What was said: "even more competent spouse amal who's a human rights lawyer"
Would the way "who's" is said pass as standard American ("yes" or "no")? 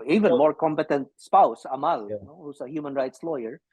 no